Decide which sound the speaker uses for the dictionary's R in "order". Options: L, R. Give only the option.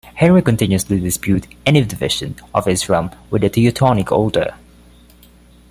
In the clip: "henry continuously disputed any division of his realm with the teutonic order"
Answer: L